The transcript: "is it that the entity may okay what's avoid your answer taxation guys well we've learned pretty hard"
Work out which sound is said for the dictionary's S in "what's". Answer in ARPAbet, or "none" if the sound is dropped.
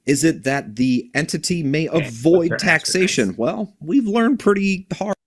none